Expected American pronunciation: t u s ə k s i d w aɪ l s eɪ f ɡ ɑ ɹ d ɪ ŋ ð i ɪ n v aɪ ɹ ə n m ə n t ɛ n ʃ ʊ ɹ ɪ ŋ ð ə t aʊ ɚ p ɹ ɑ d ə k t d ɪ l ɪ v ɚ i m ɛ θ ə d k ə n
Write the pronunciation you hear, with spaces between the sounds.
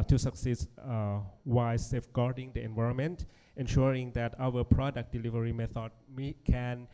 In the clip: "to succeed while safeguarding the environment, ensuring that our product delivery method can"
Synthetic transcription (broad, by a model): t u s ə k s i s w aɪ s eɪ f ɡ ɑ ɹ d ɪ ŋ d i ɪ n v aɪ ɹ ə n m ə n t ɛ n ʃ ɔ ɹ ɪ ŋ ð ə t aʊ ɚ p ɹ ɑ d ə k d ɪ l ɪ v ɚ i m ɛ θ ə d k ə n